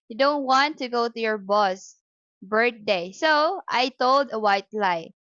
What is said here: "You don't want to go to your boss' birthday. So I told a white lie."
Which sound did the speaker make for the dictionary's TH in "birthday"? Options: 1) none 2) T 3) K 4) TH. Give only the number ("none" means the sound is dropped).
2